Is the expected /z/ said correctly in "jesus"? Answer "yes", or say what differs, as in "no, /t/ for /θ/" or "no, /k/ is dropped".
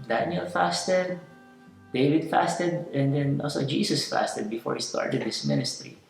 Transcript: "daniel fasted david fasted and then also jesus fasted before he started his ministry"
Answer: no, /s/ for /z/